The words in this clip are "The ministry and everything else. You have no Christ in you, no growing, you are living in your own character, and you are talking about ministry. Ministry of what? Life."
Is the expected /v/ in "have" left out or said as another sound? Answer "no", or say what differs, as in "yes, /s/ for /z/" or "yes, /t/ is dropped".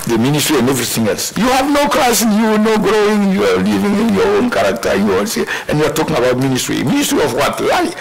no